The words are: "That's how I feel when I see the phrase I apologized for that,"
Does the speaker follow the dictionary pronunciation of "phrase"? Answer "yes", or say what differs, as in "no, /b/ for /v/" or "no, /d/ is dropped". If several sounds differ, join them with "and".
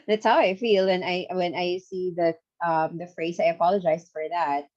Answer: yes